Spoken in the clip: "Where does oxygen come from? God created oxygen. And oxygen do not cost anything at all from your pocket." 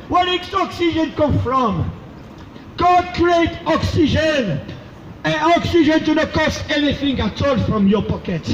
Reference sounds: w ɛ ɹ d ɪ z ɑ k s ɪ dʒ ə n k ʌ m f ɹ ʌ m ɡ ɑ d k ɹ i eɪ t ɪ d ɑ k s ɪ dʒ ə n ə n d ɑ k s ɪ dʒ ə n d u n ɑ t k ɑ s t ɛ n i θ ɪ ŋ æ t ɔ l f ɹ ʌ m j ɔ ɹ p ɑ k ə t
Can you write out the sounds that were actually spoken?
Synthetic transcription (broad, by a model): w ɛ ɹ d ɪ s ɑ k s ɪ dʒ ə n k ʌ m f ɹ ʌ m ɡ ɑ d k ɹ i eɪ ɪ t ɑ k s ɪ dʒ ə n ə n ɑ k s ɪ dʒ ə n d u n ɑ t k ɑ s t ɛ n i θ ɪ ŋ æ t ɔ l f ɹ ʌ m j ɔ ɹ p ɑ k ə t